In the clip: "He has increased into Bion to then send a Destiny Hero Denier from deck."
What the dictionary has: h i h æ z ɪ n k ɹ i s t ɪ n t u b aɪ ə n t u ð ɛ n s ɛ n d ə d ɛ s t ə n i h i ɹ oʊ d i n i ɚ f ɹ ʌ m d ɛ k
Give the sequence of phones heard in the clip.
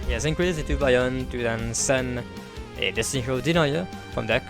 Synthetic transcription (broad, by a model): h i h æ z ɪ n k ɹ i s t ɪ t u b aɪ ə n t u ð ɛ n s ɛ n ə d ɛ s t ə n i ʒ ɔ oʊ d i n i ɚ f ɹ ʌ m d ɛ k